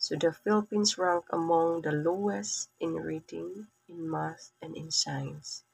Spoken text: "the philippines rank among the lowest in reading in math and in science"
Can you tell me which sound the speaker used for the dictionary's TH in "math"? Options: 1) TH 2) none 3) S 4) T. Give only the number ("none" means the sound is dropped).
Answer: 3